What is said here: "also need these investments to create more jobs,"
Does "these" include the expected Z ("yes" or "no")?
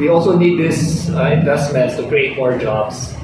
no